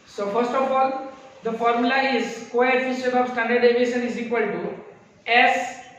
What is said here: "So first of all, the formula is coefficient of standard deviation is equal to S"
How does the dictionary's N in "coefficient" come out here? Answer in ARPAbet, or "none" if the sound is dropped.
none